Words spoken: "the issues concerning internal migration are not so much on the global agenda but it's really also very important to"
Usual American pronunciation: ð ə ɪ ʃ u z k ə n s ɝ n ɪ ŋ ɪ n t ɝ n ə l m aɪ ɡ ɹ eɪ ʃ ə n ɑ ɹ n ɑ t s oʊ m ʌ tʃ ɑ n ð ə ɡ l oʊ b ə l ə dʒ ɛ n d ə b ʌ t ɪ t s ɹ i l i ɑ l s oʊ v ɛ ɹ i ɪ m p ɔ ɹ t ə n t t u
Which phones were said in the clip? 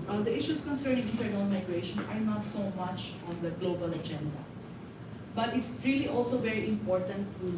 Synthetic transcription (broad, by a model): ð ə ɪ ʃ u s k ə n s ɝ n ɪ ŋ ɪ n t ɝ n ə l m aɪ ɡ ɹ eɪ ʃ ə n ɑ ɹ n ɑ t s oʊ m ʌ tʃ ɑ n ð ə ɡ l oʊ b ə l ə dʒ ɛ n d ə b ʌ t ɪ t s ɹ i l i ɑ l s oʊ v ɛ ɹ i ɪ m p ɔ ɹ t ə n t t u